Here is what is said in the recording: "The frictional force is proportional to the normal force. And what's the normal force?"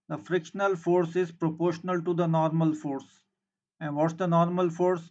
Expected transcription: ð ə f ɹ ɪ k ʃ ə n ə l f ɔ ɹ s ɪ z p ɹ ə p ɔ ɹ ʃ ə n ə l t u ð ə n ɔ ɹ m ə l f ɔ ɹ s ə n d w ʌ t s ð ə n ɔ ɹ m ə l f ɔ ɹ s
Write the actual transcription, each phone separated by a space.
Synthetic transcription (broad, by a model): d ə f ɹ ɪ k ʃ ə n ə l f ɔ ɹ s ɪ z p ɹ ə p ɔ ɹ ʃ ə n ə l t u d ə n ɔ ɹ m ə l f ɔ ɹ s ə n d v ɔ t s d ə n ɔ ɹ m ə l f ɔ ɹ s